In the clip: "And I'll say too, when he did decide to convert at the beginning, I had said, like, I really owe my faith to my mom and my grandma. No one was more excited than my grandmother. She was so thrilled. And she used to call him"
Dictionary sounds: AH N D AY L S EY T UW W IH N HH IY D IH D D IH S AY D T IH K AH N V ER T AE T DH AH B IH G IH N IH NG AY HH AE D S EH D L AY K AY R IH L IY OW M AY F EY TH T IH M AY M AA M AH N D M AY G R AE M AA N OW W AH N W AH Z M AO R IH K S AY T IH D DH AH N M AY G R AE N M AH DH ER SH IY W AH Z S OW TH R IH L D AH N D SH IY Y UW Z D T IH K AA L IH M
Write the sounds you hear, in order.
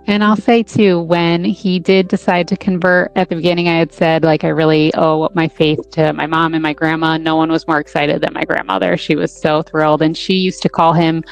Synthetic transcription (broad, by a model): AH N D AY L S EY T UW W IH N IY D IH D D IH S AY D T IH K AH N V ER T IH T DH AH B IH G IH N IH NG AY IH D S EH D L AY K AY R IH L IY OW M AY F EY TH T IH M AY M AA M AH N M AY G R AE M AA N OW W AH N W AH Z M AO R IH K S AY T IH D DH AH N M AY G R AE N M AH DH ER SH IY W AH Z S OW TH R IH L D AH N SH IY Y UW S T IH K AA L IH M